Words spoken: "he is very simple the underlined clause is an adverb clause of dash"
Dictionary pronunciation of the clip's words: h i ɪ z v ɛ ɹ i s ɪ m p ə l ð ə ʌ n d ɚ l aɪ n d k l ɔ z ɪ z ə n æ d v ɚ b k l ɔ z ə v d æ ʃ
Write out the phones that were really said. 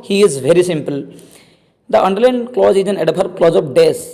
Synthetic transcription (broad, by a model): h i ɪ z v ɛ ɹ i s ɪ m p ə l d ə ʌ n d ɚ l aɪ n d k l ɔ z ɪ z ə n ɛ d p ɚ k l ɔ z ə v d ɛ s